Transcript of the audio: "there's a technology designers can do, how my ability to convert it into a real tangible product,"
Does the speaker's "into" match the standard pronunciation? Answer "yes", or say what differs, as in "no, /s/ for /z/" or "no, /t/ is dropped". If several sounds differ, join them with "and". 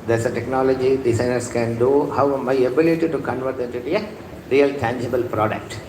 no, /n/ is dropped